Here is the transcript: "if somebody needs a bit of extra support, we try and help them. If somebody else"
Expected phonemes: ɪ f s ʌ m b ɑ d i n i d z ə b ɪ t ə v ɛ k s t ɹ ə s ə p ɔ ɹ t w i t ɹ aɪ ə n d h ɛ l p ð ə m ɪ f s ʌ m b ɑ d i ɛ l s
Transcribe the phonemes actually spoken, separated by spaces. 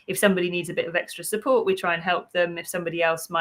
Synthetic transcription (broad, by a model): ɪ f s ʌ m b ɑ d i n i d z ə b ɪ t ə v ɛ k s t ɹ ə s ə p ɔ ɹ t w i t ɹ aɪ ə n h ɛ l p ð ə m ɪ f s ʌ m b ɑ d i ɛ l s